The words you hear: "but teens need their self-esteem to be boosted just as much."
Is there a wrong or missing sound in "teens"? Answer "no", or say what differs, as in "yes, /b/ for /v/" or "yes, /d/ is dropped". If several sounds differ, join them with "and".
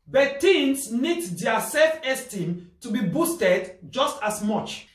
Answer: yes, /s/ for /z/